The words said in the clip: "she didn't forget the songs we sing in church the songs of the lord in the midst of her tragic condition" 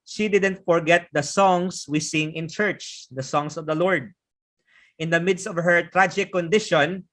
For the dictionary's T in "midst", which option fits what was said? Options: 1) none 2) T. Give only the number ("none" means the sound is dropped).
2